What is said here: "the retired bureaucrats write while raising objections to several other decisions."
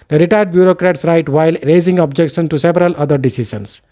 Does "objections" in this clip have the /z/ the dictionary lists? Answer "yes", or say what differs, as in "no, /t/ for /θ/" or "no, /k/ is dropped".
no, /z/ is dropped